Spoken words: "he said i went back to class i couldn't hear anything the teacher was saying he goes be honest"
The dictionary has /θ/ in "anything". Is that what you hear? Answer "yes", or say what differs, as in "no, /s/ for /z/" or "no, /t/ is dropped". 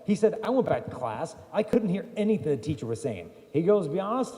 yes